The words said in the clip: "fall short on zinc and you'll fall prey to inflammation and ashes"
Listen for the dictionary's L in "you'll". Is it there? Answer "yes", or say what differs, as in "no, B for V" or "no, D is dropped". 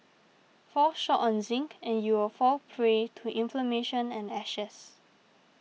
no, W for L